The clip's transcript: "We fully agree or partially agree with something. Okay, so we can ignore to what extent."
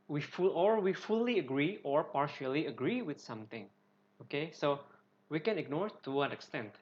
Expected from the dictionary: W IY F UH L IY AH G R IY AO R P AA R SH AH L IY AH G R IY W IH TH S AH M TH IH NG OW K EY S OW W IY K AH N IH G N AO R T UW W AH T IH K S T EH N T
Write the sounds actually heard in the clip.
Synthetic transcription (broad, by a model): W IY F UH L IY AH G R IY AO R P AA R SH AH L IY AH G R IY W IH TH S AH M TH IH NG OW K EY S OW W IY K AH N IH G N AO R T UW W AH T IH K S T EH N T